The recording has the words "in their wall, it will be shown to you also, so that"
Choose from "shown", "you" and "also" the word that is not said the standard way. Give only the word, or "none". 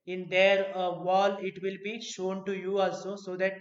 none